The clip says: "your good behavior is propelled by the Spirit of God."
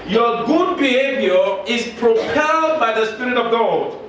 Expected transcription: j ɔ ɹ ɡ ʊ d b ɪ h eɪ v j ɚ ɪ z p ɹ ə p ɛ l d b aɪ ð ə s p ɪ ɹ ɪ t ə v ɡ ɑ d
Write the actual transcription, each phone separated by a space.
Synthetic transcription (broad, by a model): j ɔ ɡ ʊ d b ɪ h eɪ v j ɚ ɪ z p ɹ ə p ɛ l d b aɪ ð ə s p ɪ ɹ ɪ t ə v ɡ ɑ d